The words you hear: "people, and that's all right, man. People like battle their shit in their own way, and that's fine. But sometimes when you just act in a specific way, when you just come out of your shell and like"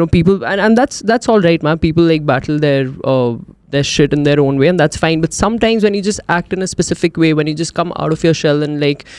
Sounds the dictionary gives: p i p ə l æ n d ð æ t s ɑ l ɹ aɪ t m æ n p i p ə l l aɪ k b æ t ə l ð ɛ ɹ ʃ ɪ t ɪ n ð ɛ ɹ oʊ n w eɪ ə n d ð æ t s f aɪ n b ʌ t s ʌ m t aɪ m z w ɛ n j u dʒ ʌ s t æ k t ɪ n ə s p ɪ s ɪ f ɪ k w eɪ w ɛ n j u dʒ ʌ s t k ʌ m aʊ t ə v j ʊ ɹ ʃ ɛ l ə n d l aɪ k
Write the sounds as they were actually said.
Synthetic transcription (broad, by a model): p i p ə l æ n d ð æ t s ɑ l ɹ aɪ t m æ n p i p ə l l aɪ k b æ t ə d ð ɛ ɹ ʃ ɪ t ɪ n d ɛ ɹ oʊ n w eɪ ə n d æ t s f aɪ n b ʌ t s ʌ m t aɪ m z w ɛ n j u dʒ ʌ s t æ k t ɪ n ə s p ɪ s ɪ f ɪ k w eɪ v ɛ n j u dʒ ʌ s t k ʌ m aʊ t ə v j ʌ ɹ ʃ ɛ l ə n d l aɪ k